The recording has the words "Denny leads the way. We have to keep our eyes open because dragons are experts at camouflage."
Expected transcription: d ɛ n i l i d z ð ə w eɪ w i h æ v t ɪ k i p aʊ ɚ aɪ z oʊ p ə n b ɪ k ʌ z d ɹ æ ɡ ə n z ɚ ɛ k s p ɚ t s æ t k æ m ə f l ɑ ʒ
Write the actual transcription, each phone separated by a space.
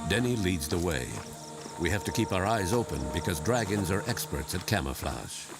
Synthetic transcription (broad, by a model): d ɛ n i l i d z ð ə w eɪ w i h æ f t ɪ k i p aʊ ɚ aɪ z oʊ p ə n b ɪ k ʌ z d ɹ æ ɡ ə n z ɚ ɛ k s p ɚ t s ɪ t k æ m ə f l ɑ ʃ